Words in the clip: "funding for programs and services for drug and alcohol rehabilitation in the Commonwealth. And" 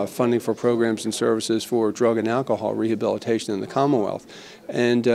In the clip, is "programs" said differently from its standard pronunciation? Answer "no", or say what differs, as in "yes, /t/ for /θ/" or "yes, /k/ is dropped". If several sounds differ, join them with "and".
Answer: no